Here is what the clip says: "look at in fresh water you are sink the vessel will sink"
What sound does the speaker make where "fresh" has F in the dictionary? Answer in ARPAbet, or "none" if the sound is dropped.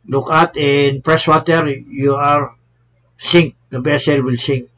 P